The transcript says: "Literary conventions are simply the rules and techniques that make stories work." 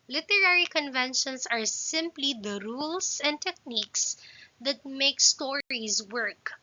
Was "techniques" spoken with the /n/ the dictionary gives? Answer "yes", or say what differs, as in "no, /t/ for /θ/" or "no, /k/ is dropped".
yes